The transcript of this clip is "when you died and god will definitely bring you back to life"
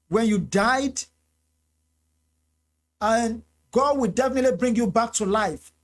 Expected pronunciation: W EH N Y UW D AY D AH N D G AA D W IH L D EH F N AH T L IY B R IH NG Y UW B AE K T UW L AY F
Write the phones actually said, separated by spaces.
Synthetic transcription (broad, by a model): W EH N Y UW D AY D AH N G AA D W IH L D EH F N AH T L IY B R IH NG Y UW B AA K T UW L AY F